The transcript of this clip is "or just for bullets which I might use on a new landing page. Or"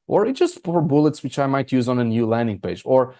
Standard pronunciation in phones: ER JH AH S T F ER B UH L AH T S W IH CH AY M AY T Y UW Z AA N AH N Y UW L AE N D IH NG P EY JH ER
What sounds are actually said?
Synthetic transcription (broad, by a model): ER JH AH S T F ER B UH L AH T S W IH CH AY M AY T Y UW Z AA N AH N Y UW L AE N D IH NG P EY JH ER